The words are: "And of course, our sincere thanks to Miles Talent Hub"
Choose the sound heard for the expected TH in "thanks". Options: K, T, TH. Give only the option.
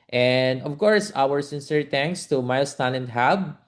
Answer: T